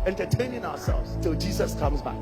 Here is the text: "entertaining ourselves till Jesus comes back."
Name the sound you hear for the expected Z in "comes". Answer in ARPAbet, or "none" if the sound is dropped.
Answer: Z